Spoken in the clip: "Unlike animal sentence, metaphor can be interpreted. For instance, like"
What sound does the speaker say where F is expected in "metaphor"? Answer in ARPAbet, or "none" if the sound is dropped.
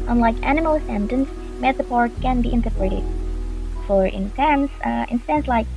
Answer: P